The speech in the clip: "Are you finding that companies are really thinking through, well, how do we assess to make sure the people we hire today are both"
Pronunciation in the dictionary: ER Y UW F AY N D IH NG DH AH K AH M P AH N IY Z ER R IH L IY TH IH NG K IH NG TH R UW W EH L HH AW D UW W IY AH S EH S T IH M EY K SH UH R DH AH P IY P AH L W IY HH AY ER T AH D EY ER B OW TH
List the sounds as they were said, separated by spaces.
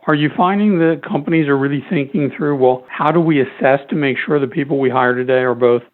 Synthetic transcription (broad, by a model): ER Y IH F AY N D IH NG DH AH K AH M P AH N IY Z ER R IH L IY TH IH NG K IH NG TH R UW W EH L HH AW D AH W IY AH S EH S T IH M EY K SH UH R DH AH P IY P L W IY HH AY ER T AH D EY ER B OW TH